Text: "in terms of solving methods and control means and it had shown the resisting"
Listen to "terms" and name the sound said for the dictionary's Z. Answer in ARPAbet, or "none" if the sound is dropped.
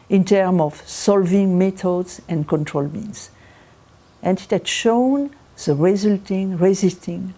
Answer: none